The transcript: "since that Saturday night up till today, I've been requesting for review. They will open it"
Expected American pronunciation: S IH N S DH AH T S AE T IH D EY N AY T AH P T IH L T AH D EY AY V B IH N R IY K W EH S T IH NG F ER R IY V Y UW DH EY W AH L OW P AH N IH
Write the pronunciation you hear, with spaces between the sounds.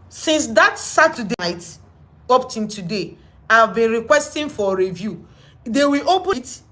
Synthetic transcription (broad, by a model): S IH N S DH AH T S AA T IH D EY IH T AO P T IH N T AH D EY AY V B IH N R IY K W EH S T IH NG F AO R IY V Y UW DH EY W AH L OW P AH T